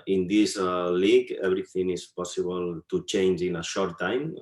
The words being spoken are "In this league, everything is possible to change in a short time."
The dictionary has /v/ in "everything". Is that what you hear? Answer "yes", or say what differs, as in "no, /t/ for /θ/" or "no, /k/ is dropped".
no, /b/ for /v/